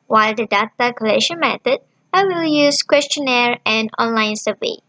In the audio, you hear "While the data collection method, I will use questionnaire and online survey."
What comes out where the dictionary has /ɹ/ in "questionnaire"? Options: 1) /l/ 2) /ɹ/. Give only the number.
2